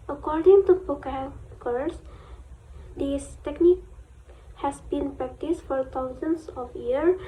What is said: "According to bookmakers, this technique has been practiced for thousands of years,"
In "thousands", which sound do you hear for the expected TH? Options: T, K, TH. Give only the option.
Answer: T